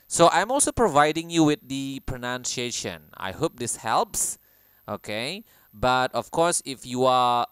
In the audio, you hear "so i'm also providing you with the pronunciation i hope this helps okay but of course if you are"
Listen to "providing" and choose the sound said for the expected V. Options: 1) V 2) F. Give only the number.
1